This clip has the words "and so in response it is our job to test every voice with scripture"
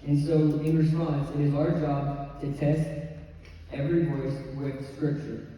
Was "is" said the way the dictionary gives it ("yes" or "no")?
yes